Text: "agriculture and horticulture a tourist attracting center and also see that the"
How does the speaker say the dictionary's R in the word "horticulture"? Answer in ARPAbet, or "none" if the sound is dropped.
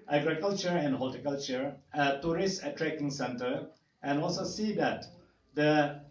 L